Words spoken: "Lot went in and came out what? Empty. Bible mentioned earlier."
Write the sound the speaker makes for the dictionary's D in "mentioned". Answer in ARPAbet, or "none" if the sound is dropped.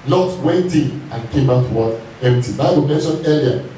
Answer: none